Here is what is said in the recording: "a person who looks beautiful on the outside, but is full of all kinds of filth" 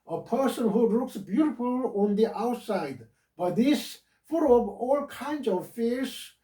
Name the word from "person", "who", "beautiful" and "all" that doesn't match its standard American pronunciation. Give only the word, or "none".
none